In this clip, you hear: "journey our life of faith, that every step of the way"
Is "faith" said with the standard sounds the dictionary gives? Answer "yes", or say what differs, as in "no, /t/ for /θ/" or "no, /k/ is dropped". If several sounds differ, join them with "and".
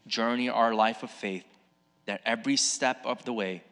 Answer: yes